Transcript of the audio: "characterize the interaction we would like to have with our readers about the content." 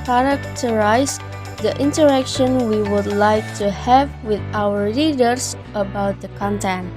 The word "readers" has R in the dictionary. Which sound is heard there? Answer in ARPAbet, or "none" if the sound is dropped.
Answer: L